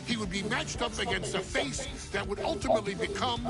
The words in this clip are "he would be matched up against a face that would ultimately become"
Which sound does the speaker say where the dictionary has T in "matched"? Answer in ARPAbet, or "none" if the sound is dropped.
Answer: T